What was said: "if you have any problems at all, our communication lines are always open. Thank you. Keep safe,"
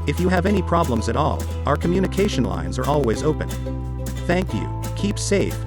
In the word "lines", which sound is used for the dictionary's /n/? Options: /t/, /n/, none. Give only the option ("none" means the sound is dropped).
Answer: /n/